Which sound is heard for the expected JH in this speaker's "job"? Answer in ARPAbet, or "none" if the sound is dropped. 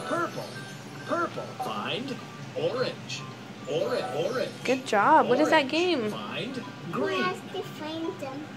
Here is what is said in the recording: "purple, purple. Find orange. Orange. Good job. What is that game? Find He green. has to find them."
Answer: JH